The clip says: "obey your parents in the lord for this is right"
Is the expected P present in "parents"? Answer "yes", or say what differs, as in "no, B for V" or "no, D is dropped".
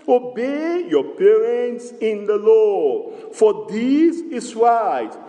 yes